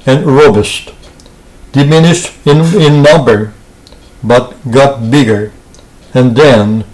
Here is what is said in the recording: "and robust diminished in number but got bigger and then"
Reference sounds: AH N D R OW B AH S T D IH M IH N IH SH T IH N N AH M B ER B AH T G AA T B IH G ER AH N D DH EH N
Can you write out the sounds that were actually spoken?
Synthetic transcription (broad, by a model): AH N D R OW B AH S T D IH M IH N IH SH T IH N N AH M B ER B AH T G AA T B IH G ER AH N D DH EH N